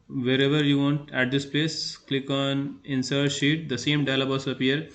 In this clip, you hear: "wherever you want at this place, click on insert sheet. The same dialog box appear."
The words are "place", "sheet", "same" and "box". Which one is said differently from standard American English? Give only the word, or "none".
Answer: box